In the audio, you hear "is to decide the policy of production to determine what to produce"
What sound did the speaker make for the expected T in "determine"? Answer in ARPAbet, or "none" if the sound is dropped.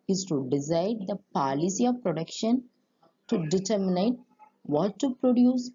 T